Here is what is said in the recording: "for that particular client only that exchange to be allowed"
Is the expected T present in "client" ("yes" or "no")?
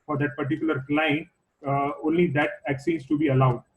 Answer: no